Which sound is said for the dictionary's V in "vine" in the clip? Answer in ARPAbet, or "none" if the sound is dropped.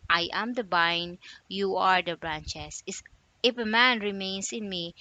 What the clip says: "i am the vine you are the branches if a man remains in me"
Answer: B